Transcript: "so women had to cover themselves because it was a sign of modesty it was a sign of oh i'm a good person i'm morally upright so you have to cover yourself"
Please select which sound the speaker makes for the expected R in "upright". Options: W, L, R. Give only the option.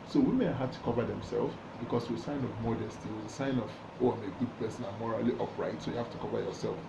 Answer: R